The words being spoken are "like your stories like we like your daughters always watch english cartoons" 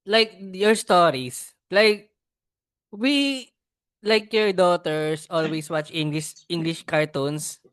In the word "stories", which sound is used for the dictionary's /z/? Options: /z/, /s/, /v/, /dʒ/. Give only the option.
/s/